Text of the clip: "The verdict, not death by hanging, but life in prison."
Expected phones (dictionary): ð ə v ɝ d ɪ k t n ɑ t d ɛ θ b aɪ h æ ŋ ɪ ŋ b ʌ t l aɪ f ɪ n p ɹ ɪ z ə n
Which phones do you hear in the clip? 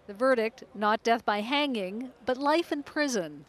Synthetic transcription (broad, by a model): ð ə v ɝ d ɪ k t n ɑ t d ɛ θ b aɪ h æ ŋ ɪ ŋ b ʌ t l aɪ f ɪ n p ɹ ɪ z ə n